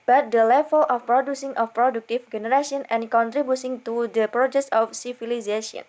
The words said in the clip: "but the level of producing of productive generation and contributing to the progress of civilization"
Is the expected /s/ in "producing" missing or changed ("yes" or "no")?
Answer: no